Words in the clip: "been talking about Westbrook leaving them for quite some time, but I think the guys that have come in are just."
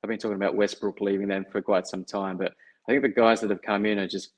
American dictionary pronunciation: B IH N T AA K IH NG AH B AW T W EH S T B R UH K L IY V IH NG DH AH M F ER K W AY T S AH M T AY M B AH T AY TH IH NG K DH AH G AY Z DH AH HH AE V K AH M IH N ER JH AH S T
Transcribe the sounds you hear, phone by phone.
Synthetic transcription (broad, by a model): B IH N T AA K IH NG AH B AW T W EH S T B R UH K L IY V IH NG DH AH M F ER K W AY T S AH M T AY M B AH T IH TH IH NG K DH AH G AY Z DH AH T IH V K AH M IH N ER JH AH S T